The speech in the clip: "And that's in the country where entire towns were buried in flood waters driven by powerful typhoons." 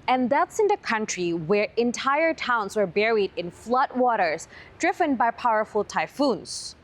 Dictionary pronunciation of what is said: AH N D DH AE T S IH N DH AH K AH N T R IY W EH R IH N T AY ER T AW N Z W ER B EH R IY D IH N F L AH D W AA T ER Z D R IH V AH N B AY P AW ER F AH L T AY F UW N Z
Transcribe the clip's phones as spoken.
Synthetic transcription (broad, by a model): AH N DH AE T S IH N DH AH K AH N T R IY W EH R IH N T AY ER T AW N Z W ER B EH R IY D IH N F L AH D W AA T ER Z D R IH V AH N B AY P AW ER F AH L T AY F UW N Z